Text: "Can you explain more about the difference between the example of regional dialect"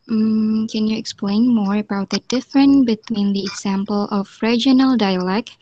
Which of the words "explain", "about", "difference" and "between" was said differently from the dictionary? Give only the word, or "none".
difference